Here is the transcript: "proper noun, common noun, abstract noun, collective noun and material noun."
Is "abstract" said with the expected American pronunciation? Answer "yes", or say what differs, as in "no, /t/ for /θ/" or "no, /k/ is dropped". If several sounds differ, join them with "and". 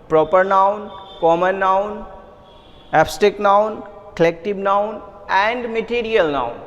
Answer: no, /ɹ/ is dropped